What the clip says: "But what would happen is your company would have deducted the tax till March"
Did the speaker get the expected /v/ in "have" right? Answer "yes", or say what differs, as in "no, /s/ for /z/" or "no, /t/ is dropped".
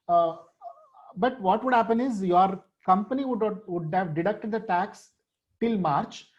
yes